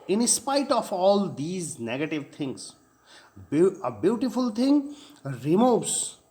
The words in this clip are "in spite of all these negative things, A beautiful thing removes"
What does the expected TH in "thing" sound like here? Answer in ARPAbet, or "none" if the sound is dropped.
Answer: T